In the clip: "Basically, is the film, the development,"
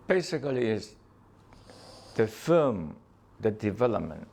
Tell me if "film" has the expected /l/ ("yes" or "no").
no